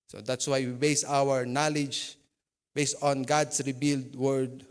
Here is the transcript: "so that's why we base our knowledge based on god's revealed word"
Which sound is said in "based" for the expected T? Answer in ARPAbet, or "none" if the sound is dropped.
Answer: T